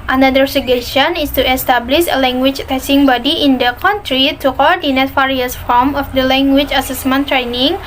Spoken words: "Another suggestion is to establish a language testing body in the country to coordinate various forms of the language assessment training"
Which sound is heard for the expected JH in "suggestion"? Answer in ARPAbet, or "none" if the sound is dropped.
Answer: none